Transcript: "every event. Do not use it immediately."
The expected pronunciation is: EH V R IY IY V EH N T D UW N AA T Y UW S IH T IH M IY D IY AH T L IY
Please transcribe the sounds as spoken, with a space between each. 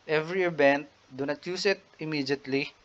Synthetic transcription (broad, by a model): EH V R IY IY B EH N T D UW N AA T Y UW S IH T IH M IY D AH T L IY